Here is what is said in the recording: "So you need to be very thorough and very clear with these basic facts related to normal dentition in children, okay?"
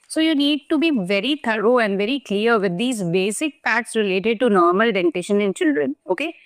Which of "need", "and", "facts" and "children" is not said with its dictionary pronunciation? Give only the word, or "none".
facts